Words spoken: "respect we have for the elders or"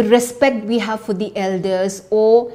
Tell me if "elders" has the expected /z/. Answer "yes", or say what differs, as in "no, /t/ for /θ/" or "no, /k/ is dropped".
no, /s/ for /z/